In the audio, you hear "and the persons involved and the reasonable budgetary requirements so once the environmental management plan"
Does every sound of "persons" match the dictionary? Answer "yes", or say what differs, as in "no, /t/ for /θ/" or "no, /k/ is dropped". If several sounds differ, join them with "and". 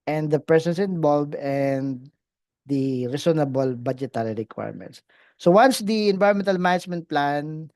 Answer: no, /s/ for /z/